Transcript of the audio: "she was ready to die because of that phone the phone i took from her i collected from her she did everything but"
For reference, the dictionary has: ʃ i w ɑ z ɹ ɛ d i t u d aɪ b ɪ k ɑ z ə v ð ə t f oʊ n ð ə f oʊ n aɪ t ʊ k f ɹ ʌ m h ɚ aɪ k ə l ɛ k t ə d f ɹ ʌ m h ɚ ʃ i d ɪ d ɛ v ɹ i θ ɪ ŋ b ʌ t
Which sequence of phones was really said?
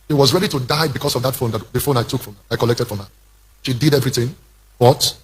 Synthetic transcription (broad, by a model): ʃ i w ɑ z ɹ ɛ d i t u d aɪ b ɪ k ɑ s ə v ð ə t f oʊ n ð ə f oʊ n aɪ t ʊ k f ɹ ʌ m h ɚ aɪ k ə l ɛ k t ə d f ɹ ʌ m h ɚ ʃ i d ɪ d ɛ v ɹ i θ ɪ ŋ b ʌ t